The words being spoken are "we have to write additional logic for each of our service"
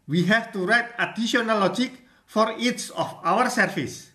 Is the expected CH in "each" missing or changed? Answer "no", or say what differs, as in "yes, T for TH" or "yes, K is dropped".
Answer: yes, S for CH